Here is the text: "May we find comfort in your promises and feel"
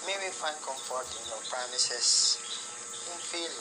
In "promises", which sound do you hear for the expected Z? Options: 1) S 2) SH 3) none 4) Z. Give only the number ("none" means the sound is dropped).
1